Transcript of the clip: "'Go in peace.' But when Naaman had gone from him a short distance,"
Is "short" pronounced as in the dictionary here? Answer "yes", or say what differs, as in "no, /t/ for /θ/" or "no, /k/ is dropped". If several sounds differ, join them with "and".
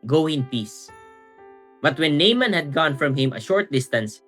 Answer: yes